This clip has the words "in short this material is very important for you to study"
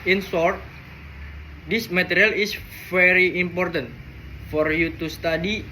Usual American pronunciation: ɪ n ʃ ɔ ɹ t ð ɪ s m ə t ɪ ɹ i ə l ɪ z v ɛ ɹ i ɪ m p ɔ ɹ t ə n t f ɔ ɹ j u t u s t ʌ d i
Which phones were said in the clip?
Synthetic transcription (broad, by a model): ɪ n s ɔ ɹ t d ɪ s m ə t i ɹ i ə l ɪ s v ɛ ɹ i ɪ m p ɔ ɹ t ə n t f ɔ ɹ j u t u s t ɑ d i